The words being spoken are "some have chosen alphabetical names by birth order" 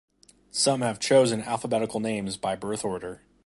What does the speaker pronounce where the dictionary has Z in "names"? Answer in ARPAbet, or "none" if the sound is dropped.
Z